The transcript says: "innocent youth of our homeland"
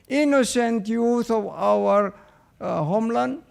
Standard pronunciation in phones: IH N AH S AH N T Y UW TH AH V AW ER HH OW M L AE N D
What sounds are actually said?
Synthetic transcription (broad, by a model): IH N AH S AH N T Y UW T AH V AW ER HH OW M L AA N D